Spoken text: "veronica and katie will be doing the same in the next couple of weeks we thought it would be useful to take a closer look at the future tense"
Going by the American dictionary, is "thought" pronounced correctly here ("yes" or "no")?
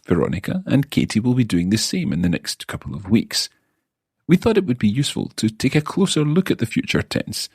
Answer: yes